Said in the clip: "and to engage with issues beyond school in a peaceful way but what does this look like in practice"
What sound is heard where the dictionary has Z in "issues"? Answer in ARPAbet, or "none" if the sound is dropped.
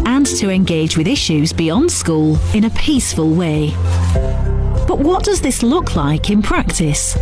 Z